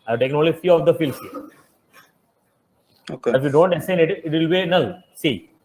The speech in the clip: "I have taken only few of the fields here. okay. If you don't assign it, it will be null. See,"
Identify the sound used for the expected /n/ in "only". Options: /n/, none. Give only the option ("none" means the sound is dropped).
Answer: none